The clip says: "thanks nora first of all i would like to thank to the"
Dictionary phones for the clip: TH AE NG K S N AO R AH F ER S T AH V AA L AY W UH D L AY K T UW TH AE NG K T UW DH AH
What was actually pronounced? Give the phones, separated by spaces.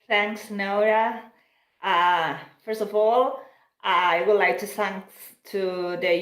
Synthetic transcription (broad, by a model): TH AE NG K S N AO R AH F ER S T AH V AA L AY W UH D L AY K T UW S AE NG T UW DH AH